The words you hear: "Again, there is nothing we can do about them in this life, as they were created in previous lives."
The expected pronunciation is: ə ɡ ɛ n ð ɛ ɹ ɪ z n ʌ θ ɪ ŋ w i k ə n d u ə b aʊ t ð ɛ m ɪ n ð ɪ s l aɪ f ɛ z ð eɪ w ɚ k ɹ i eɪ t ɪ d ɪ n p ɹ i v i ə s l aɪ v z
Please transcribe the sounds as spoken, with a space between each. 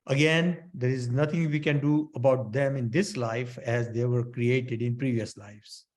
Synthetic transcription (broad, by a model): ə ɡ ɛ n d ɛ ɹ ɪ z n ʌ t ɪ ŋ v i k ə n d u ə b aʊ t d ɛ m ɪ n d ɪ s l aɪ f ɛ z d eɪ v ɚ k ɹ i eɪ t ɪ d ɪ n p ɹ i v i ə s l aɪ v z